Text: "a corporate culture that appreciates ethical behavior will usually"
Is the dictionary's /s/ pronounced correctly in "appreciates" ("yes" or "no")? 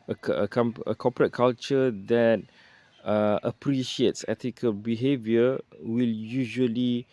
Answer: yes